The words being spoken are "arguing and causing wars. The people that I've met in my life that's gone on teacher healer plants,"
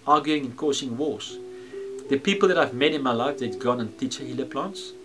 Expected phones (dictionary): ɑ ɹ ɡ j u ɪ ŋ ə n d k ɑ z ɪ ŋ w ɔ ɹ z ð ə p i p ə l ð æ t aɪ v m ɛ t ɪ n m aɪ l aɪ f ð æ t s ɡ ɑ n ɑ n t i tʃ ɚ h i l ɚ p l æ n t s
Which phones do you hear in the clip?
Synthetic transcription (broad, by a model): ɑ ɡ j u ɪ ŋ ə n k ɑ s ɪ ŋ w ɔ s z ð ə p i p ə l ð æ t aɪ v m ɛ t ɪ n m aɪ l aɪ f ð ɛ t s ɡ ɑ n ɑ n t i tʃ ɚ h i l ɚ p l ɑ n t s